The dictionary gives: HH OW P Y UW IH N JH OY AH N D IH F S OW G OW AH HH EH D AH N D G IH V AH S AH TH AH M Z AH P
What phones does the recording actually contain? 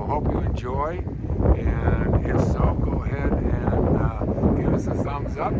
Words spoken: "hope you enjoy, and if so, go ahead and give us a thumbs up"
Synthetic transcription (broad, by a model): HH OW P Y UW IH N JH OY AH N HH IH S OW G OW AH HH EH D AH N G IH V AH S AH S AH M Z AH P